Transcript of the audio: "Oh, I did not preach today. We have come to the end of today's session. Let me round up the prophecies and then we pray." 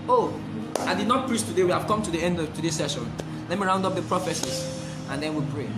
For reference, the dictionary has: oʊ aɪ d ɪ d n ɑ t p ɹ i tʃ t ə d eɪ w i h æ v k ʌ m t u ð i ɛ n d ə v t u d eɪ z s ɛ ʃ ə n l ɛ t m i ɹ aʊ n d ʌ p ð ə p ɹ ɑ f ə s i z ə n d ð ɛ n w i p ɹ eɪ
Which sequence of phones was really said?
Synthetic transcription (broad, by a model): oʊ aɪ d ɪ d n ɑ t p ɹ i s t ə d eɪ w i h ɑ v k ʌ m t u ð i ɛ n d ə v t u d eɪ s ɛ ʃ ə n l ɛ t m i ɹ aʊ n d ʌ p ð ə p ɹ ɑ f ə s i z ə n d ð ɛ n w i p ɹ eɪ